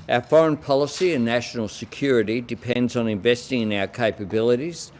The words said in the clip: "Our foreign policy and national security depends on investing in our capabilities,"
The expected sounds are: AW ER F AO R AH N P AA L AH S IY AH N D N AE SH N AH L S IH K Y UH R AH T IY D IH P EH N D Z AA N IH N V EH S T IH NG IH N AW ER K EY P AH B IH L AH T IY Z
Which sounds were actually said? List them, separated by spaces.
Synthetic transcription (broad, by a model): AW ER F AO R AH N P AA L AH S IY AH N N AE SH N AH L S IH K Y UH R AH T IY D IH P EH N D Z N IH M V EH S T IH NG IH N AW ER K EY P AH B IH L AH T IY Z